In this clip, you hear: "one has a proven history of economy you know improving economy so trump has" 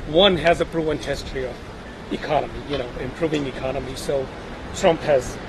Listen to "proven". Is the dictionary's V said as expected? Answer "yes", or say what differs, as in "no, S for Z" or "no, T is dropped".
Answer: no, V is dropped